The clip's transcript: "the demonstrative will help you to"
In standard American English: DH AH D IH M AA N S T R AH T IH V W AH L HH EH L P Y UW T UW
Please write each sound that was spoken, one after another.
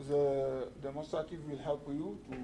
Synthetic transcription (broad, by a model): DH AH D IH M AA S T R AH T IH W AH L HH EH L P Y UW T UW